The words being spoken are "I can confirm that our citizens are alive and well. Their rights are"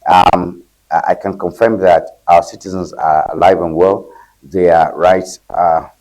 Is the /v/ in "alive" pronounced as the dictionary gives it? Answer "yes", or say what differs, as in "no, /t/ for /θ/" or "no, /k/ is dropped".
yes